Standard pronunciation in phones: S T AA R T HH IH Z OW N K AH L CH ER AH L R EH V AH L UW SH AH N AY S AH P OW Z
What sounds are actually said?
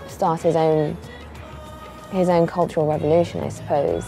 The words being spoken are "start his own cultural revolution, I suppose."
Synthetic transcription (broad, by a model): S T AA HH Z HH IH Z OW N K AH L CH ER AH L R EH V AH L UW SH AH N AY S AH P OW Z